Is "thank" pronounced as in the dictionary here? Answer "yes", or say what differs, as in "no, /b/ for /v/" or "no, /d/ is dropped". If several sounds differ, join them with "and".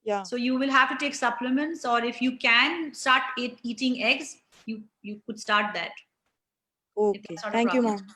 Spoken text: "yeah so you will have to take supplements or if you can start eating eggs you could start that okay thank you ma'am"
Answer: no, /s/ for /θ/